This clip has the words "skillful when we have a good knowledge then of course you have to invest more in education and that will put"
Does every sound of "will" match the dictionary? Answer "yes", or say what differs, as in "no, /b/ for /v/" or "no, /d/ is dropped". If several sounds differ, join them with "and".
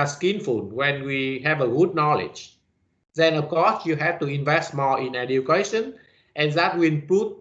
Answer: no, /n/ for /l/